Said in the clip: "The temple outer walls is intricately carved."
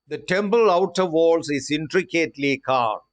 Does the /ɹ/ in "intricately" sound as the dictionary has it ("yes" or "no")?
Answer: yes